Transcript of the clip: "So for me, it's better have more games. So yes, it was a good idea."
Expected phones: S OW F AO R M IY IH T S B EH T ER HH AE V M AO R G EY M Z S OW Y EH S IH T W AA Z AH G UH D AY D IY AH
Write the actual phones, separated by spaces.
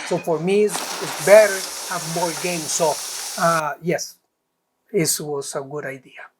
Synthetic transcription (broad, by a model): S OW F AO R M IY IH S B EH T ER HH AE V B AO L G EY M S OW Y EH S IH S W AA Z AH G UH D AY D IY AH